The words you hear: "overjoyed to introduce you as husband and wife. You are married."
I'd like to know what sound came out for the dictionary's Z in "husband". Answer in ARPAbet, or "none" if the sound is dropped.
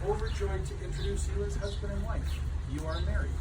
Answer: Z